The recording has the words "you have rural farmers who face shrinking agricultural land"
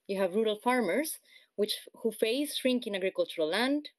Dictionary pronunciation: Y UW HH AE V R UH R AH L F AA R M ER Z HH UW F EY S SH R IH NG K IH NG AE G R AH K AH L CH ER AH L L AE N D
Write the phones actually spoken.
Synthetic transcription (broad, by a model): Y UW HH AE V R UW R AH L F AA R M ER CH HH UW F EY S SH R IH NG K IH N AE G R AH K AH L CH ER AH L L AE N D